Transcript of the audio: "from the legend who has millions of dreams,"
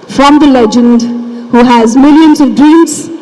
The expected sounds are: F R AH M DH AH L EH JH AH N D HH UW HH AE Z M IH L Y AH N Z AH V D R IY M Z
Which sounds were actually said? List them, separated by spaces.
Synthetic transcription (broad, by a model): F R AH M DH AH L EH JH AH N D HH UW HH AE Z M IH L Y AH N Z AH V D R IY M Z